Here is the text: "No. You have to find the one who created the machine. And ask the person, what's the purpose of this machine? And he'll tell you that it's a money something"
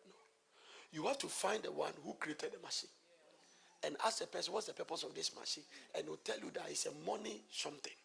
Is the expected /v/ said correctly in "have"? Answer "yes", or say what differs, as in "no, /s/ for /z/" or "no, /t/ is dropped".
no, /f/ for /v/